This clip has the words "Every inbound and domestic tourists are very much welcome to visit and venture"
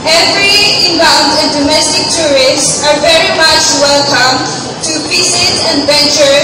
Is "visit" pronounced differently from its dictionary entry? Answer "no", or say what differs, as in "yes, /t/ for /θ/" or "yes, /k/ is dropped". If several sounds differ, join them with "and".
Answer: yes, /p/ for /v/ and /s/ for /z/